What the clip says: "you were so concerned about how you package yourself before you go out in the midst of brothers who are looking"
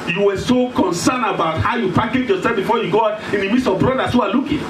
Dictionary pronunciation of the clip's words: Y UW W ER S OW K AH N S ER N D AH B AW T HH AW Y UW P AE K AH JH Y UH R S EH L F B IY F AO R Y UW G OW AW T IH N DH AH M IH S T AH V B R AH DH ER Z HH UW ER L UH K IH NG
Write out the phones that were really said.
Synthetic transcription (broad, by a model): Y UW W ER S OW K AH N S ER N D AH B AW T HH AW Y UW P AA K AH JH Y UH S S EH F B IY F AO Y UW G OW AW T IH N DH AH M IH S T AH V B R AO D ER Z HH UW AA L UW K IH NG